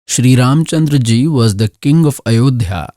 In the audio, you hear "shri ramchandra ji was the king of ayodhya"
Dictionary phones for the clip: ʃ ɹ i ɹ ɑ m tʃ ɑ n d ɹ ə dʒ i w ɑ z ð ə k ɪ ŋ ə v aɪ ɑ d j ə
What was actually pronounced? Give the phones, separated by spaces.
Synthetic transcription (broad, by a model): ʃ ɹ i ɹ ɑ m tʃ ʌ n d ɹ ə dʒ i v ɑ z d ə k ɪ ŋ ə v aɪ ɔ d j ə